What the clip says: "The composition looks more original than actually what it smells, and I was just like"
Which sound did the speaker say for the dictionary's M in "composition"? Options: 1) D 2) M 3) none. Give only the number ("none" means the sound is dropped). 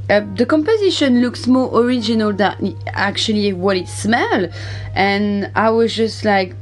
2